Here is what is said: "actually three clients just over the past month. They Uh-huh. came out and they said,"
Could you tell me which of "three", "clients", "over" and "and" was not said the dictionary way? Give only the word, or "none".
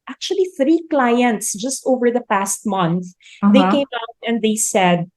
none